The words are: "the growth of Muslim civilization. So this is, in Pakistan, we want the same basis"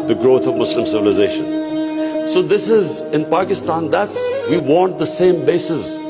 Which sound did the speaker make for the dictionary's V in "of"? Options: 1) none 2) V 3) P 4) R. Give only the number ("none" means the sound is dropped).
2